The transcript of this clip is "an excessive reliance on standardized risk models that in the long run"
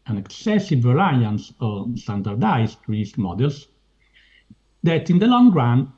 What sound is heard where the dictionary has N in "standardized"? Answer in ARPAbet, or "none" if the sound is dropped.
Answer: none